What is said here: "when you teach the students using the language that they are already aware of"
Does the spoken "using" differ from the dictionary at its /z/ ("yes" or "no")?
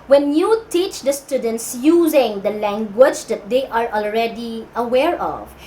no